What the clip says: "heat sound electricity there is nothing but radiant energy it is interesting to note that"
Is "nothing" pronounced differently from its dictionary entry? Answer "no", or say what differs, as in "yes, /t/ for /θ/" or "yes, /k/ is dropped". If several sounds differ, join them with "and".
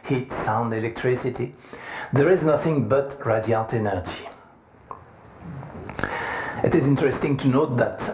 no